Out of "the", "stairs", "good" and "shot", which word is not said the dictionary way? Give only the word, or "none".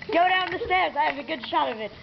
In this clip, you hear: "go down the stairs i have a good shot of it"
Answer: none